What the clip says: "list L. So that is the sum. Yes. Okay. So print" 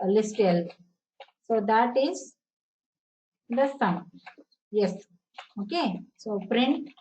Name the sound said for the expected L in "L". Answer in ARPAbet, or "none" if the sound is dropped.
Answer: L